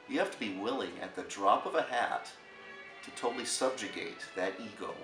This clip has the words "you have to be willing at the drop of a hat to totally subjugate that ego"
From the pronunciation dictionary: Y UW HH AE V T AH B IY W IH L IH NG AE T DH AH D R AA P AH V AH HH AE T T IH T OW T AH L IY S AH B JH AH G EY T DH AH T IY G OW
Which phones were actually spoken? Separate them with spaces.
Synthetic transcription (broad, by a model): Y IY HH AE F T AH B IY W IH L IH NG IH T DH AH D R AA P AH V AH HH AE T T IH T OW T L IY S AH B JH AH G EY T DH AH T IY G OW